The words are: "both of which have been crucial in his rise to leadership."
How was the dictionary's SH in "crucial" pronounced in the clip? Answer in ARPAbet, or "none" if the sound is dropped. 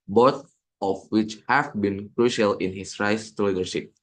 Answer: SH